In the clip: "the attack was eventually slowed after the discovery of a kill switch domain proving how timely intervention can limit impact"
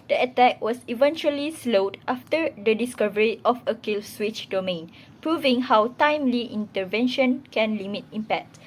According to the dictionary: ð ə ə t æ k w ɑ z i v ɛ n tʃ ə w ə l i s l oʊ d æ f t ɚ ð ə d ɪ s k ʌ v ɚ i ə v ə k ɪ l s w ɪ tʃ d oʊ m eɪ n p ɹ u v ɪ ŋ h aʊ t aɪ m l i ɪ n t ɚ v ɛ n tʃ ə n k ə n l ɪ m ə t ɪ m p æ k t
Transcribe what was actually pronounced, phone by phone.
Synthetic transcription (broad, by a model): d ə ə t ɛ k w ɑ s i v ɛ n tʃ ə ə l i s l oʊ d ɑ f t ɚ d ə d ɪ s k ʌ v ɚ i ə f ə k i l s w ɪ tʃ d oʊ m eɪ n p ɹ u v ɪ ŋ h aʊ t aɪ m l i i n t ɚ v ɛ n ʃ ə n k ə n l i m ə t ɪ m p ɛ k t